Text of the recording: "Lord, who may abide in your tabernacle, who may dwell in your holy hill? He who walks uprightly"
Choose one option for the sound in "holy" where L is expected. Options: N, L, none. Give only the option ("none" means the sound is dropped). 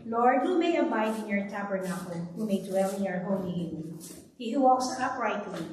N